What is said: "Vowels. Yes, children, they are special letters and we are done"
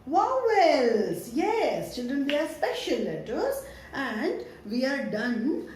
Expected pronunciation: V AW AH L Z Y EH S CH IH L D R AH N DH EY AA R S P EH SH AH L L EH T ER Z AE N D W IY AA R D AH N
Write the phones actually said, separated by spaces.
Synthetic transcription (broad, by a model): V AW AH L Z Y EH S CH IH L D R AH N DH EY AA R S P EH SH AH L L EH T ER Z AE N D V IY AA R D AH N